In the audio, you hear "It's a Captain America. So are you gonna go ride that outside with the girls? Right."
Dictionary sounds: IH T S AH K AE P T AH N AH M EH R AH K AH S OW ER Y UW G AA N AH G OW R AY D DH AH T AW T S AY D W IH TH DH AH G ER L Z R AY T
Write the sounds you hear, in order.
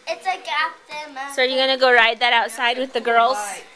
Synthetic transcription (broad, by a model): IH T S AH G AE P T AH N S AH AH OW ER Y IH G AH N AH G OW R AY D DH AH T AW T S AY D W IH DH AH G ER L Z